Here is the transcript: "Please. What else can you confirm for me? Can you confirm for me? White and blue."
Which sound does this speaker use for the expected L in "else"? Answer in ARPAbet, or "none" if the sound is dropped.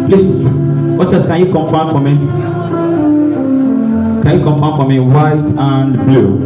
none